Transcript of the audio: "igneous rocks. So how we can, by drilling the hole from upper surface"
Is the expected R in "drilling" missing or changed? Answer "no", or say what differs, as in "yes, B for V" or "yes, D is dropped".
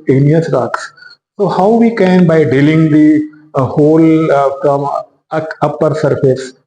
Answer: yes, R is dropped